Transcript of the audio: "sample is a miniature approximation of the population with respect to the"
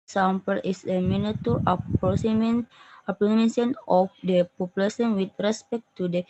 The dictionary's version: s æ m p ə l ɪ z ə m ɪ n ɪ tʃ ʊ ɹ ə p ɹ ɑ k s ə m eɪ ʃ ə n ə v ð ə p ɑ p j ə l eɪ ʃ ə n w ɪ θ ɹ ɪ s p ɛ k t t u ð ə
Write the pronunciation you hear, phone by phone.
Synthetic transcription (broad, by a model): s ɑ m p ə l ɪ s ə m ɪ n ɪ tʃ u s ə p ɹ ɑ s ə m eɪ s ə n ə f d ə p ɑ p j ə l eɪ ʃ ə n w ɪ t ɹ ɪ s p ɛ k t t u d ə